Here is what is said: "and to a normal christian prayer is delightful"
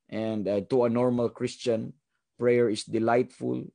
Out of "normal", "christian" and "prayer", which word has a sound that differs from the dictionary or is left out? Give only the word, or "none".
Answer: none